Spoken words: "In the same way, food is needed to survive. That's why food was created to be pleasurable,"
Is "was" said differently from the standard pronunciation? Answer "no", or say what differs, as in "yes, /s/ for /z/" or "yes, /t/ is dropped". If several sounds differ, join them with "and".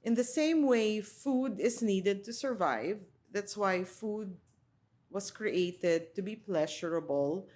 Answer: yes, /s/ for /z/